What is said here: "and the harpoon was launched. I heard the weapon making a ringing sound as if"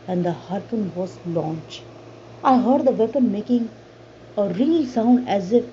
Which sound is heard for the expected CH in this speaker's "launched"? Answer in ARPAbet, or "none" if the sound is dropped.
CH